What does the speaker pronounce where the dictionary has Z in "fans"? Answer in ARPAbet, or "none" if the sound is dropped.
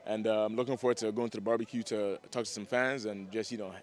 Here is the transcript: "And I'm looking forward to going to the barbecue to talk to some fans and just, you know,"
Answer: Z